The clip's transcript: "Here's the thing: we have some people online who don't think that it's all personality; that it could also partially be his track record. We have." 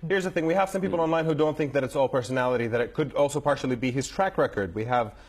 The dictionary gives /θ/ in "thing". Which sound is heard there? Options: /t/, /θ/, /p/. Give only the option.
/θ/